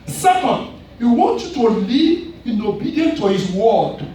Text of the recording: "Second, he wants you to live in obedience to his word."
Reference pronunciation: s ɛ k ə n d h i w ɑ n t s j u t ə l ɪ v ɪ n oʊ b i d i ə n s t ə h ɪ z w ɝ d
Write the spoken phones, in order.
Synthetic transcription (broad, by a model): s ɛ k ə n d h i w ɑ n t j u t ə l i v ɪ n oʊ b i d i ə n t ə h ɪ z w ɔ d